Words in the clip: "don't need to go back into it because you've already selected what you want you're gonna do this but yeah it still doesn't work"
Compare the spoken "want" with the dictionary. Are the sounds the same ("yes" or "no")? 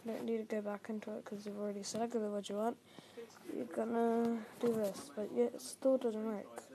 yes